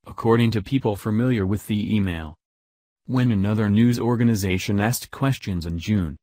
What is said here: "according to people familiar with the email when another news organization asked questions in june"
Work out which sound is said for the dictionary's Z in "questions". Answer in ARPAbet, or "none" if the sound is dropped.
Z